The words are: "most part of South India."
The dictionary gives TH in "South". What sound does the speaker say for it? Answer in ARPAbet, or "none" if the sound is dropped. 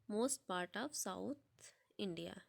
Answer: T